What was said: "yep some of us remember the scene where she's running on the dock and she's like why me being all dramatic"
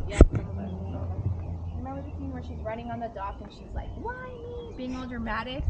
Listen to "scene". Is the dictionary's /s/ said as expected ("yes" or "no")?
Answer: no